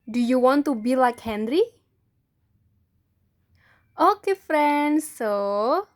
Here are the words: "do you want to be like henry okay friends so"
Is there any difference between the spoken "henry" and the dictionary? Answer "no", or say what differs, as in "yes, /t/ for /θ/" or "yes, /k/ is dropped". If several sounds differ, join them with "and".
no